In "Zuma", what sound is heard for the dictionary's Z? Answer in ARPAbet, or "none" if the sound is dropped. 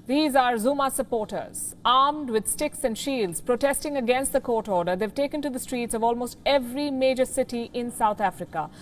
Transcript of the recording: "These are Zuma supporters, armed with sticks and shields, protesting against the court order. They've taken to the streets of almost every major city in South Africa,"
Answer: Z